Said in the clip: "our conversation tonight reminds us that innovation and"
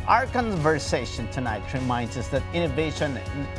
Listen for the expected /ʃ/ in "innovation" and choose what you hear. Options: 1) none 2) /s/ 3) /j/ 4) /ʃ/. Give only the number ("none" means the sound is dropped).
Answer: 1